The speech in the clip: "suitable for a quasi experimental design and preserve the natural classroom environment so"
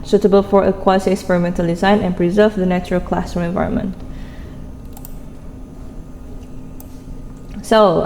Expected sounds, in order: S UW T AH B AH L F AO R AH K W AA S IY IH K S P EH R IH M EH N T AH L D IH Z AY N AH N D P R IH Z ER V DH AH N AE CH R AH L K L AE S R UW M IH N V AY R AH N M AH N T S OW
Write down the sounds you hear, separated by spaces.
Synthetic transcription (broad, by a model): S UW T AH B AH L F AO R AH K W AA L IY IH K S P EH R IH M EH N T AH L D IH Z AY N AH N P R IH Z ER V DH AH N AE CH R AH L K L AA S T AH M IH N V AY R AH N M AH N T S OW